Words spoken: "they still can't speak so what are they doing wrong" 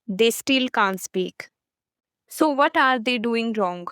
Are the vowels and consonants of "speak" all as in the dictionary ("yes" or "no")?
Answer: yes